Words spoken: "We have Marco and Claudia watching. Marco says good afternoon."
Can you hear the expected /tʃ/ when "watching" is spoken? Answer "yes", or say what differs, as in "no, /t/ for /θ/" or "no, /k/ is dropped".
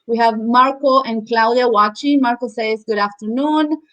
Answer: yes